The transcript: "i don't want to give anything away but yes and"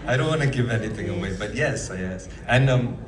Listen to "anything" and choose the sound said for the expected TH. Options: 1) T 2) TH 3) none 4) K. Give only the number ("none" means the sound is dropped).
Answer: 2